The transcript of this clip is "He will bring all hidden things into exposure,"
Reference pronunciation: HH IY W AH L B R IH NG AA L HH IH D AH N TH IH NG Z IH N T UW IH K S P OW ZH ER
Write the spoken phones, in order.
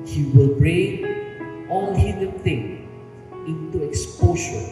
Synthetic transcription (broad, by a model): HH IY W AH L B R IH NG AA L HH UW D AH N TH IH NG IH N T UW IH K S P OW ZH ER